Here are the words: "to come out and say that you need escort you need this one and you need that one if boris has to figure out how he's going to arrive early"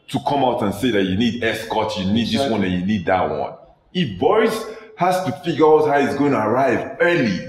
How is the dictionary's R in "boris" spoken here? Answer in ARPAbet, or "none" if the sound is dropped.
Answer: none